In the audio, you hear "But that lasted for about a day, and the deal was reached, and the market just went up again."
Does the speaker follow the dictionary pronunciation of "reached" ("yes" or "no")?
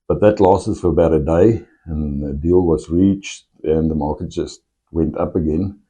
yes